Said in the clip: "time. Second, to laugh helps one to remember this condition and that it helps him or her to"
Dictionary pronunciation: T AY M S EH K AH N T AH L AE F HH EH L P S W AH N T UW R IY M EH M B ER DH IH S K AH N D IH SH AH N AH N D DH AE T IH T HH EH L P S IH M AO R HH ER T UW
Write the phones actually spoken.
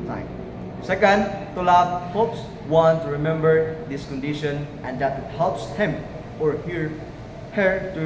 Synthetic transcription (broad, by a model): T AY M S EH K AH N T AH L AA P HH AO P S W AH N T UW R IY M EH M B ER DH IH S K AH N D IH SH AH N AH N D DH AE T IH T HH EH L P S IH M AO R HH ER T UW